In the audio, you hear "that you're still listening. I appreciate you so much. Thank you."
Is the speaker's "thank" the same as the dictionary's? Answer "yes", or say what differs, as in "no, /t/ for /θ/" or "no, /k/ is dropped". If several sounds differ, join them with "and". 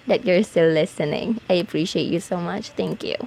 no, /t/ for /θ/